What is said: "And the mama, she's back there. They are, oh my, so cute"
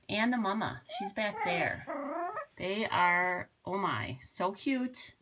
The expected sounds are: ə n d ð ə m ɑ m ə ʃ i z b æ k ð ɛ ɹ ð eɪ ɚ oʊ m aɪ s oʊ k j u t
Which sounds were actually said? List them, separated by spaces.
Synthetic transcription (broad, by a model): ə n ð ə m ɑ m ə ʃ i z b æ k ð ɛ ɹ ð eɪ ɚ oʊ m aɪ s oʊ k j u t